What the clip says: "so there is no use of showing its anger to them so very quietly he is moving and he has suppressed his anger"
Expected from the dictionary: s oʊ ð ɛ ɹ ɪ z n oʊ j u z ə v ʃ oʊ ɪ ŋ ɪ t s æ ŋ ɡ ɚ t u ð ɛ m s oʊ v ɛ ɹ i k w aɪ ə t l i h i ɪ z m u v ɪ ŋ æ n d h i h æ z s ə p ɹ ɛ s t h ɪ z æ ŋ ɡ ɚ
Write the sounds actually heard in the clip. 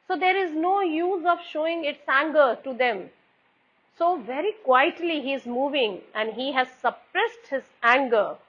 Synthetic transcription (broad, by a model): s oʊ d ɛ ɹ ɪ z n oʊ j u z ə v ʃ oʊ ɪ ŋ ɪ t s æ ŋ ɡ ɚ t u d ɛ m s oʊ v ɛ ɹ i k w aɪ ə t l i h i ɪ z m u v ɪ ŋ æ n d h i h æ z s ə p ɹ ɛ s t h ɪ z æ ŋ ɡ ɚ